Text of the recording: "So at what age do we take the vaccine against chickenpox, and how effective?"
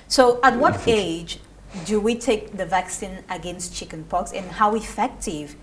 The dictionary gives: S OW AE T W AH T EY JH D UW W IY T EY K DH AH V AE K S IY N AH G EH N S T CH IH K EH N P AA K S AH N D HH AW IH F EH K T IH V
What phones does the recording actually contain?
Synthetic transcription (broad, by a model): S OW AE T W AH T EY JH D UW W IY T EY K DH AH V AE K S IY N AH G EH N S T CH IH K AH N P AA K S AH N HH AW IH F EH K T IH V